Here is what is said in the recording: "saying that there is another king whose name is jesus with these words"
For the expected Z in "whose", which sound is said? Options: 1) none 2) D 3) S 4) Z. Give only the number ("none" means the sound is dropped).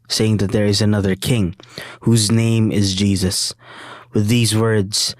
4